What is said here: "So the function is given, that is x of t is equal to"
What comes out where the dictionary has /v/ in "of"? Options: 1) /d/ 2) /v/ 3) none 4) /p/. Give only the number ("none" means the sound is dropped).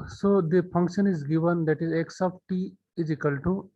4